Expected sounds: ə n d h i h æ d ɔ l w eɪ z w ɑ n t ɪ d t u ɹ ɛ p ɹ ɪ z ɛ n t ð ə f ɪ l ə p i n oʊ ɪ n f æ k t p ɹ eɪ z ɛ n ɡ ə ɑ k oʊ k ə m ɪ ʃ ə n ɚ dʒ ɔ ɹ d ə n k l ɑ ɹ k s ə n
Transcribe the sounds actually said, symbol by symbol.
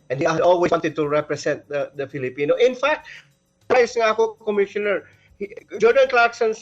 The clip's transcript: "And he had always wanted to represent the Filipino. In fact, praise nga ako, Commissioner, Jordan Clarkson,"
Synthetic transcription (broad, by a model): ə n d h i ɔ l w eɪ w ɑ n t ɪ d t u ɹ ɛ p ɹ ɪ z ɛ n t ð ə f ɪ l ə p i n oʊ ɪ n f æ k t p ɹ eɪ s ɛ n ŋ ɑ k oʊ k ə m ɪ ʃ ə n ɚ dʒ ɔ ɹ d ə n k l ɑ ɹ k s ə n